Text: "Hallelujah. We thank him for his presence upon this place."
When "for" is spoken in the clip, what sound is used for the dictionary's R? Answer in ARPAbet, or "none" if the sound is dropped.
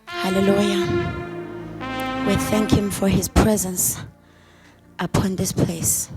R